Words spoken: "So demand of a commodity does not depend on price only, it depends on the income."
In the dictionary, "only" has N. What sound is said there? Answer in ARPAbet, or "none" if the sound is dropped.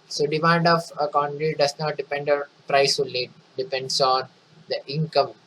none